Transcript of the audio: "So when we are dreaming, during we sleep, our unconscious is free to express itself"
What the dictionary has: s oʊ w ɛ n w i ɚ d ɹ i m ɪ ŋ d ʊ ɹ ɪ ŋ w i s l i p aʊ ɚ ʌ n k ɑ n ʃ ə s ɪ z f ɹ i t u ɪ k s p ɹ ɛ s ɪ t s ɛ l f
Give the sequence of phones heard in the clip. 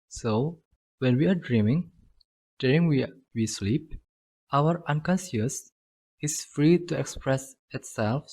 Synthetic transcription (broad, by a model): s oʊ w ɛ n w i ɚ d ɹ i m ɪ ŋ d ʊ ɹ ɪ ŋ w i s l i p aʊ ɚ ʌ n k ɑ n s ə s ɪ s f ɹ i t u ɪ k s p ɹ ɛ s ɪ t s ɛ l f